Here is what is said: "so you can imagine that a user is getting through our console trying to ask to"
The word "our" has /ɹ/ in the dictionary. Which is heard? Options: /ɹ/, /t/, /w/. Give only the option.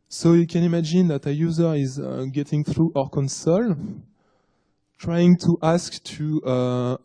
/ɹ/